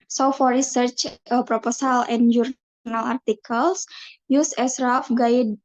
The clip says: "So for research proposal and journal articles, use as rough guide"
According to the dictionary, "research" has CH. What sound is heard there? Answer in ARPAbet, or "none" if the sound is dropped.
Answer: CH